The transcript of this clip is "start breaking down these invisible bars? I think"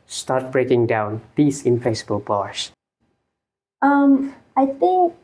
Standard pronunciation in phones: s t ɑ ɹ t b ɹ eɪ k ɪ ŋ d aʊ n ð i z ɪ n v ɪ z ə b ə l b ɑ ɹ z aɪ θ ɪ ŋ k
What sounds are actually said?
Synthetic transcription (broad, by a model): s t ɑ t b ɹ eɪ k ɪ ŋ d aʊ n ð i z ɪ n f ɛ s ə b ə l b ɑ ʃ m aɪ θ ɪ ŋ k